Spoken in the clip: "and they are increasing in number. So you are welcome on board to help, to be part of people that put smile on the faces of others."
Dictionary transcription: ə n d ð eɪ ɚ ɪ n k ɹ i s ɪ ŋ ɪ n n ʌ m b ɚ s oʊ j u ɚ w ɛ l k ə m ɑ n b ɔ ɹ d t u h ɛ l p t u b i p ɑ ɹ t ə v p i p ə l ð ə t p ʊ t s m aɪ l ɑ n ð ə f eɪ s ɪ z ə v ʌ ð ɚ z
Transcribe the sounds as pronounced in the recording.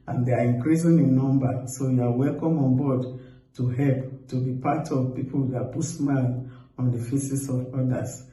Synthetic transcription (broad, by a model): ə n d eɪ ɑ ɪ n k ɹ i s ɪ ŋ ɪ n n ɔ m b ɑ s oʊ j u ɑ w ɛ l k ə m ɑ n b ɔ d t u h ɛ l p t u b i p ɑ t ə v p i p ə l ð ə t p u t s m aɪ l ɑ n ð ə f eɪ s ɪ s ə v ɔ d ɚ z